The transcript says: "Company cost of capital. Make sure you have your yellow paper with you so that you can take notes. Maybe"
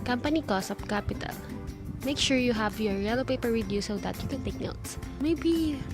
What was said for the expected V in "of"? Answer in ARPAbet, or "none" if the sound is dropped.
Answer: P